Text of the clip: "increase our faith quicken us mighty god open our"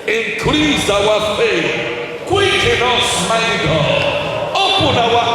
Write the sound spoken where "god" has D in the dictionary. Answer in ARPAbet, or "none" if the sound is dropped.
none